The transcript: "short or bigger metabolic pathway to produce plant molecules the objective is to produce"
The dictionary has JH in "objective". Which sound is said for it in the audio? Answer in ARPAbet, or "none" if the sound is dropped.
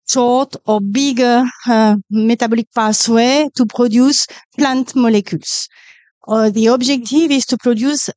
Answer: ZH